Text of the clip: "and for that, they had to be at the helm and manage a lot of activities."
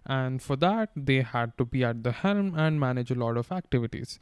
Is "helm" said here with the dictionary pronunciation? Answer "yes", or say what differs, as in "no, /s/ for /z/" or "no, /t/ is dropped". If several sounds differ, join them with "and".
yes